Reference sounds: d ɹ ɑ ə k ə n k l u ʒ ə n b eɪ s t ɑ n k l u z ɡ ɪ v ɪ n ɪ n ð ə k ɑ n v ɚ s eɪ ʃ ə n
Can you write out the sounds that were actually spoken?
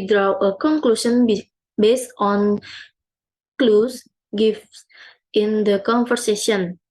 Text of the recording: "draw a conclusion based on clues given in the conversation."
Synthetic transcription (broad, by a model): d ɹ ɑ ə k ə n k l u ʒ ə n b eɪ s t ɑ n k l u s ɡ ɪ f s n ɪ n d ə k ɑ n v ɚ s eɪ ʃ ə n